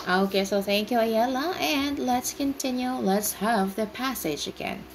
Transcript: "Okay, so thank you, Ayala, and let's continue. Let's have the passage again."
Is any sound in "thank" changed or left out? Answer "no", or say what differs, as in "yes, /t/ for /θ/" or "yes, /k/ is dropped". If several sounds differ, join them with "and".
no